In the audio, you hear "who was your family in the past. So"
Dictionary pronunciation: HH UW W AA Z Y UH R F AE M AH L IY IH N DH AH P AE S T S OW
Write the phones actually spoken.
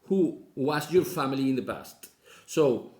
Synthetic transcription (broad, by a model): HH UW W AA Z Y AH R F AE M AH L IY IH N DH AH B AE S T S OW